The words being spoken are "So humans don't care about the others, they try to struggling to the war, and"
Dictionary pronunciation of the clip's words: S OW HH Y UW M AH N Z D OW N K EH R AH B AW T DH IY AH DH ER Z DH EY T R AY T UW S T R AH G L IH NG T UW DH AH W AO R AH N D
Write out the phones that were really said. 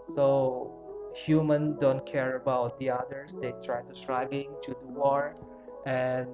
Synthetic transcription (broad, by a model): S OW HH Y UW M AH N D OW N K EH R AH B AW T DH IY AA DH ER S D EY T R AY T UW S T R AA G IH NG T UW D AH W AO R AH N